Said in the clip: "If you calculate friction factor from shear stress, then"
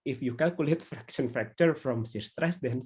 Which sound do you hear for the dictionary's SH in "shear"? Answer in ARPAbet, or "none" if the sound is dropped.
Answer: S